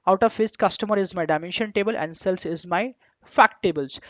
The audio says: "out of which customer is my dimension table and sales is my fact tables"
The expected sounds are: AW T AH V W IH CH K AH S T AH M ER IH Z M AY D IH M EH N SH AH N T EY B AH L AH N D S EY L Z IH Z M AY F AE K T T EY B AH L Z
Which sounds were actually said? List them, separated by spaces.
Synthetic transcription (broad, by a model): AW T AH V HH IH S K AH S T AH M ER IH Z M AY D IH M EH N SH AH N T EY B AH L AH N D S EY L S IH Z M AY F AE K T T EY B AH L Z